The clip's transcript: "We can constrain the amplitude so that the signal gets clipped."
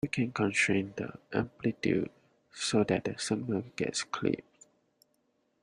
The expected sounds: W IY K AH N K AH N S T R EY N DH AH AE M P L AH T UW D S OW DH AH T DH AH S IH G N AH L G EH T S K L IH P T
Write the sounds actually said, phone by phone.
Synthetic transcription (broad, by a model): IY K AH N K AH N S T R EY N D AH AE M P L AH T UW S OW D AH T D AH S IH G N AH G EH T S K L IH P